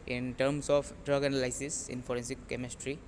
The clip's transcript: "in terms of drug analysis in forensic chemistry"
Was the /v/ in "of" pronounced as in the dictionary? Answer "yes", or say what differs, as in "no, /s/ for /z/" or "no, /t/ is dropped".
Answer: no, /p/ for /v/